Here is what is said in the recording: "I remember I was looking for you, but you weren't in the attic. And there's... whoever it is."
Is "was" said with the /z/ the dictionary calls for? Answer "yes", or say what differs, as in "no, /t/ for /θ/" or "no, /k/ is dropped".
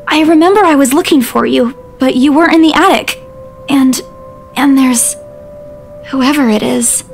yes